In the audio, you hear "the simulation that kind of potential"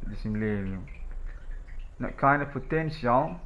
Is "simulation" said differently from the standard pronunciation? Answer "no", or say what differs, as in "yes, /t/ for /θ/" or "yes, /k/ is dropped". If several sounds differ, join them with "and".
yes, /ʃ/ is dropped